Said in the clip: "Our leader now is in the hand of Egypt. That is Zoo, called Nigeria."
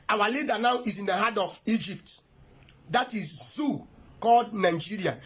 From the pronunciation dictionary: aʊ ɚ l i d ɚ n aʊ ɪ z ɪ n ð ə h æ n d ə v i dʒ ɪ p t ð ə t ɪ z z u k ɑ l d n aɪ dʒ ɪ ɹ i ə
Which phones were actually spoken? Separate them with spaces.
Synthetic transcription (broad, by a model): aʊ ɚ l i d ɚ n aʊ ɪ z ɪ n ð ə h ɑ d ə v i dʒ ɪ p t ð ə t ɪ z z u k ɑ l d n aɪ dʒ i ɹ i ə